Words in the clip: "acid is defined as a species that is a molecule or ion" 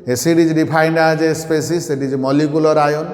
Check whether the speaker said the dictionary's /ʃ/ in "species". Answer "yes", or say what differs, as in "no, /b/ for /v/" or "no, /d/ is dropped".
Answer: no, /s/ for /ʃ/